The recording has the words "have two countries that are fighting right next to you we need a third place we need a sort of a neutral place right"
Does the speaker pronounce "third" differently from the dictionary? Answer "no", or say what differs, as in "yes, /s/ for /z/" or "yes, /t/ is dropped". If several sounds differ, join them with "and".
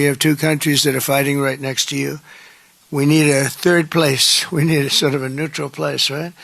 no